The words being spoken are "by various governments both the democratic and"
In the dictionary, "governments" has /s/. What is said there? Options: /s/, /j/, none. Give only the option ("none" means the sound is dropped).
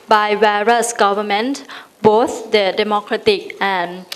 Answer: none